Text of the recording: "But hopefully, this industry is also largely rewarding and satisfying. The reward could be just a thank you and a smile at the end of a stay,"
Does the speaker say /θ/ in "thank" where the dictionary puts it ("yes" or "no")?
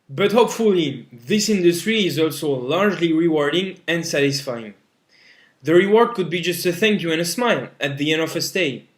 yes